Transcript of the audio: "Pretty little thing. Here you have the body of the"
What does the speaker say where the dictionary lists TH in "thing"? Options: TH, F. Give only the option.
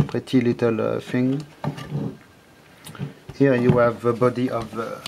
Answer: F